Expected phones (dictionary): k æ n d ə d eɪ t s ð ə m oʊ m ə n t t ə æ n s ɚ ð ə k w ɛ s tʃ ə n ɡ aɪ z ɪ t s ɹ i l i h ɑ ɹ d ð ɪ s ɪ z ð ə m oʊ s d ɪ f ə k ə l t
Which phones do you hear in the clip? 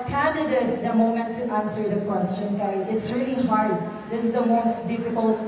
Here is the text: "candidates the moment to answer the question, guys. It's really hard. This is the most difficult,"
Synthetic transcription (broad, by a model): k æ n d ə d eɪ t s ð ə m oʊ m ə n t t æ n s ɚ ð ə k w ɛ s tʃ ə n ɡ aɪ ɪ t s ɹ i l i h ɑ ɹ d ð ɪ s ɪ z ð ə m oʊ s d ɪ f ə k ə l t